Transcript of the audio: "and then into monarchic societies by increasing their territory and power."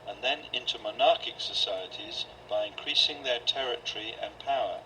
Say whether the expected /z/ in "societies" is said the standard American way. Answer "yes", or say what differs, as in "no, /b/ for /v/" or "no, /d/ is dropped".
yes